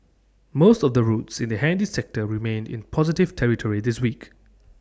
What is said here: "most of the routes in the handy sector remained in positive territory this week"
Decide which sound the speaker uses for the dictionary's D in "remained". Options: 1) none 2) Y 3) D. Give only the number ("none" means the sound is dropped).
3